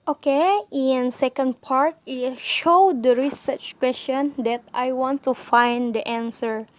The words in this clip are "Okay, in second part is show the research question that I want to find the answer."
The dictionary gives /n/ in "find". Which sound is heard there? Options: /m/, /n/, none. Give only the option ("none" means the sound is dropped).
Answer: /n/